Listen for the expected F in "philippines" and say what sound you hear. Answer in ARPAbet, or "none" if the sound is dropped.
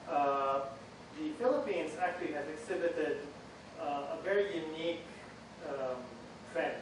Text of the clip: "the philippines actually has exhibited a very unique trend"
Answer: F